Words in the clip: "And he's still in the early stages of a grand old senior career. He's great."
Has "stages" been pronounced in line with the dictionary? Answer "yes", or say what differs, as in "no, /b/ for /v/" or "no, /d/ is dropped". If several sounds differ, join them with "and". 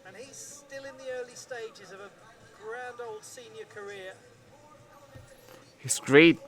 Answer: yes